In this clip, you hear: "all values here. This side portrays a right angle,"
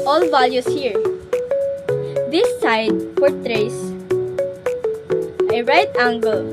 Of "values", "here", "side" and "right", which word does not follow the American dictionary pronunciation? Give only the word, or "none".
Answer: values